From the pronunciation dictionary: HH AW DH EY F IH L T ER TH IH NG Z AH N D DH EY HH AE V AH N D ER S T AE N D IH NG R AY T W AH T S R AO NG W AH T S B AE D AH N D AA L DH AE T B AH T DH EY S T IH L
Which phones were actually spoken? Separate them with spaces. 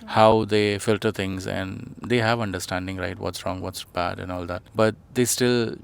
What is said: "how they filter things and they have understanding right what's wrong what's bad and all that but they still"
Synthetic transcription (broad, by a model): HH AW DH EY F IH L T ER T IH NG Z AH N D EY HH AE V AH N D ER S T AE N D IH NG R AY T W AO T S R AO NG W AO T S B AE D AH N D AA L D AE T B AH T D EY S T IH L